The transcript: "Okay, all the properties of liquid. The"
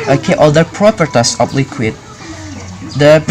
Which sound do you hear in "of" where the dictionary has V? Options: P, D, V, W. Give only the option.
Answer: P